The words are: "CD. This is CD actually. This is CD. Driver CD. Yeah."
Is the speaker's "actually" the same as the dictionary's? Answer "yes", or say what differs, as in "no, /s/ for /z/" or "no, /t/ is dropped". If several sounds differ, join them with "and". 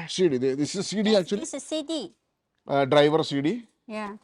no, /l/ is dropped